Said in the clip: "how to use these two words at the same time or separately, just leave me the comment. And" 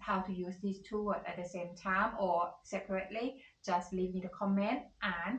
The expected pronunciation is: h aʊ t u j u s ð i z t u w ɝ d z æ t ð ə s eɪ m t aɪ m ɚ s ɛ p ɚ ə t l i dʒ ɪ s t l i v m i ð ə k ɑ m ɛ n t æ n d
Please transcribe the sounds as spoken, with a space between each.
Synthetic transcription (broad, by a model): h aʊ t u j u s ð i s t u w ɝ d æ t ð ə s eɪ m t aɪ m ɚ s ɛ p ɚ ə t l i dʒ ɪ s t l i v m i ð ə k ɑ m ɛ n t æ n